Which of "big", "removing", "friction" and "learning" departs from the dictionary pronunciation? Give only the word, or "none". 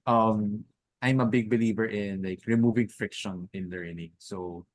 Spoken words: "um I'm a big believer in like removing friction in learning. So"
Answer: none